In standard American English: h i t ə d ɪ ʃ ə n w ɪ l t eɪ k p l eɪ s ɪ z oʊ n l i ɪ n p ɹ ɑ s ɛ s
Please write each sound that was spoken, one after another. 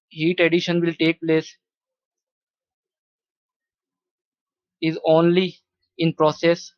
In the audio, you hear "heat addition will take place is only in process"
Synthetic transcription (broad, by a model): h i t ə d ɪ ʃ ə n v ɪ l t eɪ k p l eɪ s ɪ z oʊ n l i ɪ n p ɹ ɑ s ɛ s